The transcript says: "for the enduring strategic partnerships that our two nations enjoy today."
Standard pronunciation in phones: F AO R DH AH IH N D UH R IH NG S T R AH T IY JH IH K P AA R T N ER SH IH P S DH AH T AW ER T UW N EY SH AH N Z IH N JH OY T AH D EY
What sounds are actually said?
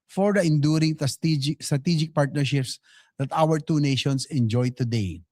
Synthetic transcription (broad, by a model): F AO R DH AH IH N D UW R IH NG S T R AH T IY JH IH K P AA R T N ER SH IH P S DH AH T AW ER T UW N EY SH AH N S IH N JH OY T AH D EY